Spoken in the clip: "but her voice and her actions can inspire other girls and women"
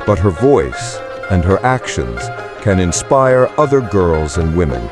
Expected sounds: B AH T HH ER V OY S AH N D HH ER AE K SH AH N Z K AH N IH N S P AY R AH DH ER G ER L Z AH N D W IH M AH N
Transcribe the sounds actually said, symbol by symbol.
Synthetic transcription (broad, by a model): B AH T HH ER V OY S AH N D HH ER AE K SH AH N Z K AH N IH N S P AY R AH DH ER G ER L Z AH N D W IH M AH N